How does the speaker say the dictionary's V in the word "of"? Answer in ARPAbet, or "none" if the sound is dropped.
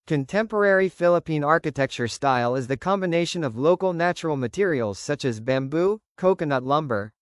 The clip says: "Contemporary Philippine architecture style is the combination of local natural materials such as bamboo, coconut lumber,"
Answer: V